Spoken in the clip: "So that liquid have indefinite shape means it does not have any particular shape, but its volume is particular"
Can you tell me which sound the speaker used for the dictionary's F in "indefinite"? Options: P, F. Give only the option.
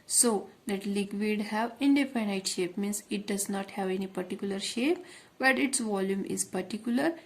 P